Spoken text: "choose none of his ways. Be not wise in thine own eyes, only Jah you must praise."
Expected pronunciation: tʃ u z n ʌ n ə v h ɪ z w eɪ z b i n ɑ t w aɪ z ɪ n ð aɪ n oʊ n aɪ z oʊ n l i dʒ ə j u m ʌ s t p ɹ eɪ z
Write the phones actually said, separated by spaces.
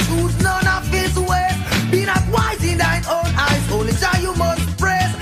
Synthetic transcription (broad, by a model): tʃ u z n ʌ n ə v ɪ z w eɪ b i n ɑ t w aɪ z ɪ n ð aɪ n oʊ n aɪ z oʊ n l i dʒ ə j u m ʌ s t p ɹ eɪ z